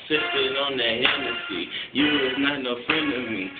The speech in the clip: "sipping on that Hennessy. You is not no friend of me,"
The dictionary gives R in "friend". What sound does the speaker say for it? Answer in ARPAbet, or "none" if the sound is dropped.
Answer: none